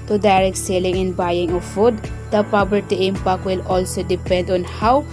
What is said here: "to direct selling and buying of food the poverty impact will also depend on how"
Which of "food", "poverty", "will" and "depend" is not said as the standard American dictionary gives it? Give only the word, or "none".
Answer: poverty